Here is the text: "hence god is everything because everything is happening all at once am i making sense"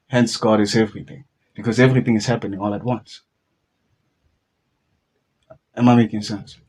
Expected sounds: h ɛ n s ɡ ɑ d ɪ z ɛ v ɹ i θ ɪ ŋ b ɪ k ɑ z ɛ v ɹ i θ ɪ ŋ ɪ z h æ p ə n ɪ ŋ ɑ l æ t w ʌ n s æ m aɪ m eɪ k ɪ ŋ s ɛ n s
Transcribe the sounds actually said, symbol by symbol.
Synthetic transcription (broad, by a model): h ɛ n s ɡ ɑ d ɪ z ɛ v ɹ i θ ɪ ŋ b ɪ k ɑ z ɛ v ɹ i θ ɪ ŋ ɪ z h æ p ə n ɪ ŋ ɑ l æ t w ʌ n s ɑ m aɪ m eɪ k ɪ ŋ s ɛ n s